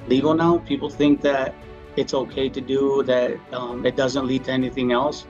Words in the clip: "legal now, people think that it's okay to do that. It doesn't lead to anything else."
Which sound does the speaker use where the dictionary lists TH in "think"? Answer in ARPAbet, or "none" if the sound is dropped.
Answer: TH